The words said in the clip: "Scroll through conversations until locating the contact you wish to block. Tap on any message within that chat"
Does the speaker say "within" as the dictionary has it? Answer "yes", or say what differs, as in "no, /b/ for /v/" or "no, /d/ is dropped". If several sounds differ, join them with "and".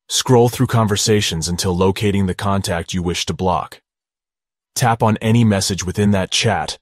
yes